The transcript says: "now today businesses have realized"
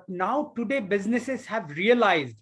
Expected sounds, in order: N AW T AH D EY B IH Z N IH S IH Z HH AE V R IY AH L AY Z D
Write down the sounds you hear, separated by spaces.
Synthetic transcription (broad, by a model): N AW T AH D EY B IH Z N IH S IH Z HH AE V R IY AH L AY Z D